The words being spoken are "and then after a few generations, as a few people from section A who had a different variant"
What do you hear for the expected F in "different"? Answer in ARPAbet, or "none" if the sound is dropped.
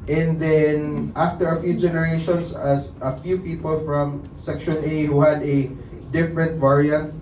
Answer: F